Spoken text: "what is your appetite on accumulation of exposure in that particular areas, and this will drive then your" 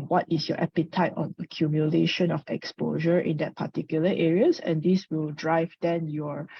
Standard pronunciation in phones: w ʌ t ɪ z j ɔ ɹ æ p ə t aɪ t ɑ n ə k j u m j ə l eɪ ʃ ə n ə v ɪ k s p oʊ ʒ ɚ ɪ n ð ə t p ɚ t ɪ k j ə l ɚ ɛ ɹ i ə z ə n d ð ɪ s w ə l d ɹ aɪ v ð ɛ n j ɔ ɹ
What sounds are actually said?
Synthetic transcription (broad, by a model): w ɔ t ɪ s j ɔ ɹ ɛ p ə t aɪ t ɑ n ə k j u m j ə l eɪ ʃ ə n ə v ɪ k s p oʊ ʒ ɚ ɪ n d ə t p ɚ t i k j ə l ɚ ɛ ɹ i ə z ə n d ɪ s w ə l d ɹ aɪ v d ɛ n j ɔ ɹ